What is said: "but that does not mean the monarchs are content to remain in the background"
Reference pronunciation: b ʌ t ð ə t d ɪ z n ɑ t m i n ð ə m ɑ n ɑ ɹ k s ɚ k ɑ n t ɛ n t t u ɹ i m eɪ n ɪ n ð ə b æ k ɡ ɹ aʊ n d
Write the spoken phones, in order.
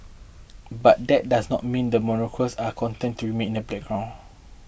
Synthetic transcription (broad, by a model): b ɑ t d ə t d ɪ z n ɑ t m i n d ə m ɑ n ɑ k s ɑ k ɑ n t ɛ n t t u ɹ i m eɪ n ɪ n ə b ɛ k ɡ ɹ aʊ n